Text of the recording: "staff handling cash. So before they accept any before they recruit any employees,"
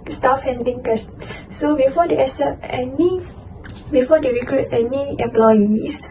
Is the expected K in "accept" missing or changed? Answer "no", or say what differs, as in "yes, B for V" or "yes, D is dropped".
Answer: yes, K is dropped